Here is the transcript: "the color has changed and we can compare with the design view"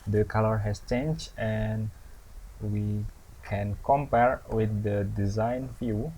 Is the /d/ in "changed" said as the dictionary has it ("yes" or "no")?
no